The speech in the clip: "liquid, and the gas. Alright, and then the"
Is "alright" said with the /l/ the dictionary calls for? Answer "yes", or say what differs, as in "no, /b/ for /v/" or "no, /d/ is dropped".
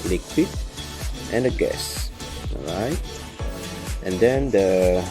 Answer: no, /l/ is dropped